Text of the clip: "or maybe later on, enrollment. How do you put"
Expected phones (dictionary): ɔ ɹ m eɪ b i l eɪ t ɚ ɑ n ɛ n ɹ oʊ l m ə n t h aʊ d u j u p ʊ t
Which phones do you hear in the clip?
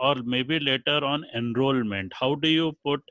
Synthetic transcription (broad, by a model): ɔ ɹ m eɪ b i l eɪ t ɚ ɑ n ɛ n ɹ oʊ l m ə n t h aʊ d u j u p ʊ t